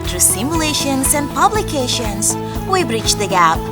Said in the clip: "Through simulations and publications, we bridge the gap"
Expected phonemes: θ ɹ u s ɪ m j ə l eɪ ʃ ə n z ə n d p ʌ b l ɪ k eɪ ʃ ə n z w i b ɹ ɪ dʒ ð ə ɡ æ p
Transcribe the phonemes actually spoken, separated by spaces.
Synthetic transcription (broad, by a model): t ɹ s ɪ m j ə l eɪ ʃ ə n z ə n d p ʌ b l ɪ k eɪ ʃ ə n z w i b ɹ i tʃ ð ə ɡ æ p